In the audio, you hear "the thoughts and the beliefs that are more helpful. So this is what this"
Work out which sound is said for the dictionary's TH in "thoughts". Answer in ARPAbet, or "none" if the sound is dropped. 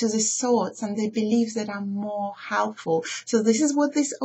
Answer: S